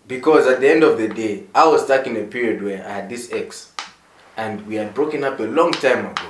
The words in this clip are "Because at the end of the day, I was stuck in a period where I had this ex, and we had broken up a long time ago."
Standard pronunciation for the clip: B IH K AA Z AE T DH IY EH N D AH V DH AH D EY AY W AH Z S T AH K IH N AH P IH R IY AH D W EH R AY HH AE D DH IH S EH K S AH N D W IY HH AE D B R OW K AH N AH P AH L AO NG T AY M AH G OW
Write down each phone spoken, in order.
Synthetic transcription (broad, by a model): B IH K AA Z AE T DH IY EH N D AH V DH AH D EY AY W AH Z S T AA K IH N AH P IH R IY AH D W EH R AY HH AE D DH IH S EH K S AH N D W IY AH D B R OW K AH N AH P AH L AO NG T AY M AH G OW